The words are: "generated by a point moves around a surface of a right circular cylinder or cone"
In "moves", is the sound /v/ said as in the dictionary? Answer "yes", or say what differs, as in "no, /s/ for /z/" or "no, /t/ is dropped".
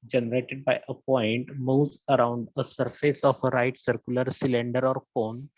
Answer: no, /v/ is dropped